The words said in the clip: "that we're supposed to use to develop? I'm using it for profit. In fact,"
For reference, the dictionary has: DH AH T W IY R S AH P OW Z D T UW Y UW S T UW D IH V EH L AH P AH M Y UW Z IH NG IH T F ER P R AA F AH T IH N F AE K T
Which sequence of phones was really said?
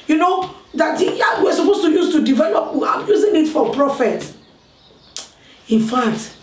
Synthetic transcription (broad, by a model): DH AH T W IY W S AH P OW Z T UW Y UW S T UW D IH V EH L AH P AH M Y UW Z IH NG IH T F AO P R AA F AH T IH N F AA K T